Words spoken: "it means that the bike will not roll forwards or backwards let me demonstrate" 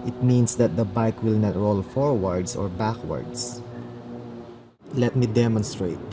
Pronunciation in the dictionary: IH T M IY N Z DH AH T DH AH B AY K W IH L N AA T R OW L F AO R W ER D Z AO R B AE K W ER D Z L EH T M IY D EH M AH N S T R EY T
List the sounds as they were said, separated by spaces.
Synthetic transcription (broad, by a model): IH T M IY N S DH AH T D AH B AY K W IH L N AA T R OW L F AO R W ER D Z AO R B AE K W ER D S L EH T M IY D EH M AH N S T R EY T